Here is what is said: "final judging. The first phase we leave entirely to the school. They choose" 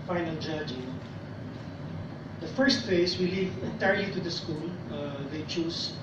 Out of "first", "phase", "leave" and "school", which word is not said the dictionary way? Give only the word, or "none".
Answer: phase